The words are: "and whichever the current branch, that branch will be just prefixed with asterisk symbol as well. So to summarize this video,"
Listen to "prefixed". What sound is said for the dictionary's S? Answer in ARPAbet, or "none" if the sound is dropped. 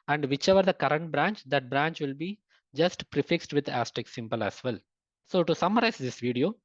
S